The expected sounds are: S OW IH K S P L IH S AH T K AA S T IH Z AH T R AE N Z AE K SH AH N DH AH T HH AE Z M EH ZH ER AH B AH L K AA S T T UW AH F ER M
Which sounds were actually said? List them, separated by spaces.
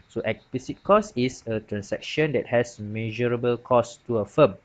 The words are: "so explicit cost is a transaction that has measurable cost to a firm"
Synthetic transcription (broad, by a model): S OW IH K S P IH S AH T K AA S IH S AH T R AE N S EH K SH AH N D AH T HH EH S M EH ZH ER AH B AH L K AA S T T UW AH F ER M